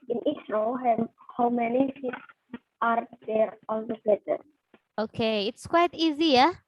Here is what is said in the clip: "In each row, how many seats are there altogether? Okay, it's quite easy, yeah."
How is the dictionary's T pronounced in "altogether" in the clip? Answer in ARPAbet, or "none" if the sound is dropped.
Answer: S